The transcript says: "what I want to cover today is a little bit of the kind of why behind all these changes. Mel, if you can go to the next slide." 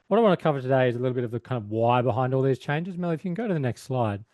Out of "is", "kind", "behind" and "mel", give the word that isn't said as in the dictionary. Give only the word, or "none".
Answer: none